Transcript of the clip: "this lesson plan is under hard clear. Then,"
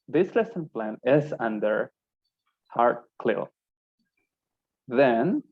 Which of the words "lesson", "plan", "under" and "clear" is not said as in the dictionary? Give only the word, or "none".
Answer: clear